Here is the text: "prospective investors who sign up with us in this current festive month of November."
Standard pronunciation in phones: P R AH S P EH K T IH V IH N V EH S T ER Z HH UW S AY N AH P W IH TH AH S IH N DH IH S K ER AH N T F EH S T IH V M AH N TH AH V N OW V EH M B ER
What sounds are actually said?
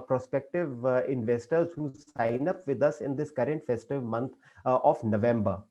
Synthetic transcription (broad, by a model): P R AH S P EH K T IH V IH N V EH S T ER Z HH UW S AY N AH P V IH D AH S IH N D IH S K ER AH N T F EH S T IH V M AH N T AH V N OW V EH M B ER